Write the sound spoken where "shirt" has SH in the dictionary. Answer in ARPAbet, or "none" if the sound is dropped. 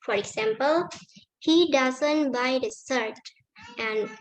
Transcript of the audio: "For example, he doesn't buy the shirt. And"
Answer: S